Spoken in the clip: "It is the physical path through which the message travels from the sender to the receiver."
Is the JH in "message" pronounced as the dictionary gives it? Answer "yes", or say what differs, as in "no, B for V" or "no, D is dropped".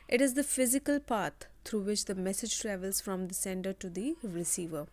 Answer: yes